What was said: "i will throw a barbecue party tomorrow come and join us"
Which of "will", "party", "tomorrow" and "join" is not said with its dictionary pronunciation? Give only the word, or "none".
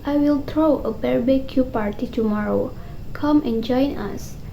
none